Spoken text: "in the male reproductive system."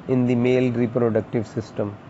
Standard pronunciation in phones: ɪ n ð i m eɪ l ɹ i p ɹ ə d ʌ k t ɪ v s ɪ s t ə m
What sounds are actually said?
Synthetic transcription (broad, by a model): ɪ n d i m eɪ l ɹ i p ɹ ə d ʌ k t ɪ v s ɪ s t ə m